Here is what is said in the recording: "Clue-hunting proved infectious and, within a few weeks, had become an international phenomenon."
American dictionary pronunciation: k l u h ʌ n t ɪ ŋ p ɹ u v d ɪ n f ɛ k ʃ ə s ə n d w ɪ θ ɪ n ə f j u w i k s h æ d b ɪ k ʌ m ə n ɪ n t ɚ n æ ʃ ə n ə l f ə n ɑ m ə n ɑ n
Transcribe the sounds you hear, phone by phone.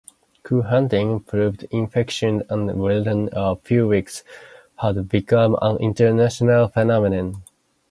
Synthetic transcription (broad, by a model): k u h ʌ n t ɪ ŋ p ɹ u v d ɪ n f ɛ k ʃ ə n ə n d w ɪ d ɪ n ə f j u w i k s h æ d b ɪ k ʌ m ə n ɪ n t ɚ n æ ʃ ə n ə l f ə n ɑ m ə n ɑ n